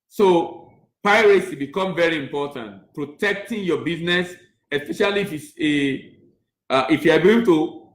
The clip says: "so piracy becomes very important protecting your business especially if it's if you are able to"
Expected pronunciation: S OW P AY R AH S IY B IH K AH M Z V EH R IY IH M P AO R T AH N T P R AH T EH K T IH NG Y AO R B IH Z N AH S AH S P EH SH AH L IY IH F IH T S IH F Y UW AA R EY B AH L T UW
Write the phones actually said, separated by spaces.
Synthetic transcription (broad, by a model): S OW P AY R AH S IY B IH K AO M V EH R IY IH M P AO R T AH N T P R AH T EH K T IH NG Y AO B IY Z N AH S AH S P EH SH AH L IY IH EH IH T IH F Y UW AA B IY AH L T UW